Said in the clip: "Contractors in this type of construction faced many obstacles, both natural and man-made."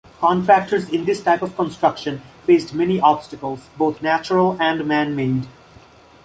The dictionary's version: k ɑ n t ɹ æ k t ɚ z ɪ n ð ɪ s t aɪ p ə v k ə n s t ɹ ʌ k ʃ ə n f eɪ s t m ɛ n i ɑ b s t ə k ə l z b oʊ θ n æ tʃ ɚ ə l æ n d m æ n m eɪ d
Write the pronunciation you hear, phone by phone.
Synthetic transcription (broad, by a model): k ɑ n t ɹ æ k t ɚ z ɪ n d ɪ s t aɪ p ə v k ə n s t ɹ ʌ k ʃ ə n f eɪ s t m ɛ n i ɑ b s t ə k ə l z b oʊ t n æ tʃ ɚ ə l æ n d m æ n m eɪ d